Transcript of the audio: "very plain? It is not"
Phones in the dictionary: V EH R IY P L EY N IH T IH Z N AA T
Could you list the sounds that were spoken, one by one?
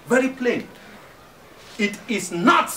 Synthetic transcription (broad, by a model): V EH R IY P L EY N IH T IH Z N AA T